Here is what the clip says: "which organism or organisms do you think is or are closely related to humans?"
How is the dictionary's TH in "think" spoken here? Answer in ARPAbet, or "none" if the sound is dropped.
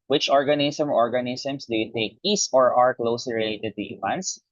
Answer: T